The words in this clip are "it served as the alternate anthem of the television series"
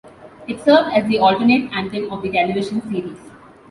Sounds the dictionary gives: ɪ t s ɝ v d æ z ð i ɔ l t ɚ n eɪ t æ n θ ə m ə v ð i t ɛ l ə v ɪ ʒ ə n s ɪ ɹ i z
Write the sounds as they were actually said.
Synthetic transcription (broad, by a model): ɪ t s ɝ v d æ z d i ɔ l t ɚ n eɪ t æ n t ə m ə v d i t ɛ l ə v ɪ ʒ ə n s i ɹ i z